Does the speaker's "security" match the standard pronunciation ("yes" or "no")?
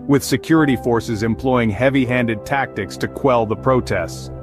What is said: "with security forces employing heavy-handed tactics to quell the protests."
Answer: yes